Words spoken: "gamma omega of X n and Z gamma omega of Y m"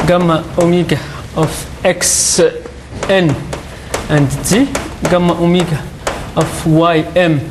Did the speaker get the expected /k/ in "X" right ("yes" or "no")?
yes